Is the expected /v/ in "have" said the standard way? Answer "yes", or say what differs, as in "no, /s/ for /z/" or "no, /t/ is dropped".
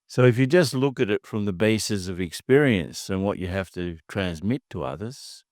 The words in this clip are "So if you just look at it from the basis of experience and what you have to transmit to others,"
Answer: no, /f/ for /v/